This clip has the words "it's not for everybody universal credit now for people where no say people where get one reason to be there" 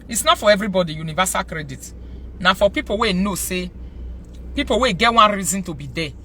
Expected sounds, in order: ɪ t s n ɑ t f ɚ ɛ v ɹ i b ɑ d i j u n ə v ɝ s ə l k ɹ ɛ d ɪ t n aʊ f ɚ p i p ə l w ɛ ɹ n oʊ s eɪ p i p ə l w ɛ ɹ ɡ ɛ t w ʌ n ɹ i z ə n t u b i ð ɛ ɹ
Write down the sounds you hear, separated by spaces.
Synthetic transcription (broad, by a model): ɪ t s n ɑ t f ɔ ɛ v ɹ i b ɑ d i j u n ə v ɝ s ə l k ɹ ɛ d ɪ t n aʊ f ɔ p i p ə w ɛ n oʊ s eɪ p i p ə w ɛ ɡ ɛ t w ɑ n ɹ i z ə n t u b i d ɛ